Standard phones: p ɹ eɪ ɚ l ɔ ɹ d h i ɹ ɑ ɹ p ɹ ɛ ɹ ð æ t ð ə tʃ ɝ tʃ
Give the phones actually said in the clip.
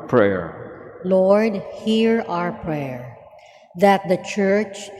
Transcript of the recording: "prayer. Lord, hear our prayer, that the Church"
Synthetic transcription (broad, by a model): p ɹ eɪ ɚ l ɔ ɹ d h i ɹ ɑ ɹ p ɹ ɛ ɹ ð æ t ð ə tʃ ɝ tʃ